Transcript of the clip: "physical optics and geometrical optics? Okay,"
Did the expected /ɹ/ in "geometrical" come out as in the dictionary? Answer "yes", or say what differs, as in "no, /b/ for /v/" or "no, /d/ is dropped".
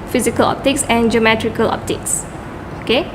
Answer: yes